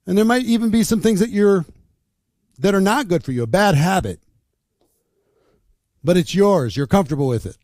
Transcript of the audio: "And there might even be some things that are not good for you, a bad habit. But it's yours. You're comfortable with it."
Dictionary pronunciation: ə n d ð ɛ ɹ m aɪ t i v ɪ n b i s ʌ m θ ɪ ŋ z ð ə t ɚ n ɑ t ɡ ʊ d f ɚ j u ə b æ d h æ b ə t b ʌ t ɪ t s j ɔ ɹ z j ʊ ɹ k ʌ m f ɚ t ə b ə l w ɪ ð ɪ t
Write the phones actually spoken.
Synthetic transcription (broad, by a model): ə n ð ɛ ɹ m aɪ t i v ɪ n b i s ʌ m θ ɪ ŋ z ð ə t ɚ n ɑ t ɡ ʊ d f ɚ j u ə b æ d h æ b ə t b ʌ t ɪ t s j ɔ ɹ z j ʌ ɹ k ʌ m f t ə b l w ɪ ð ɪ t